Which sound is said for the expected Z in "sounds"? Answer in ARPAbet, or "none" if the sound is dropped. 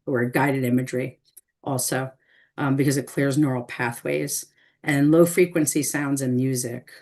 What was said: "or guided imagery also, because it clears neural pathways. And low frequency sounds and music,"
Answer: Z